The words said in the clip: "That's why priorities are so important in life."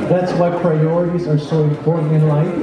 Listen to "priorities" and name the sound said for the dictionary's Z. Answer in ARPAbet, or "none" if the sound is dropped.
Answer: Z